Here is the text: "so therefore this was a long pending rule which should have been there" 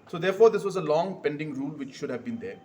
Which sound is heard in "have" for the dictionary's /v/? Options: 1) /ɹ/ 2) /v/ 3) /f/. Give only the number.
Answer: 2